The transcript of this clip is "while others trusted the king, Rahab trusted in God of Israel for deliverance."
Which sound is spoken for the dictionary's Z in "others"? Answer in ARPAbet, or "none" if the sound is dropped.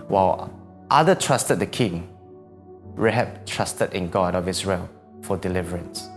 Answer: none